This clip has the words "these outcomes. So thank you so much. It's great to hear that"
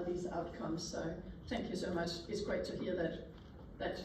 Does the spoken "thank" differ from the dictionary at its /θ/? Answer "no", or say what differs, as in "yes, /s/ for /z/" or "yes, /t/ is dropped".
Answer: no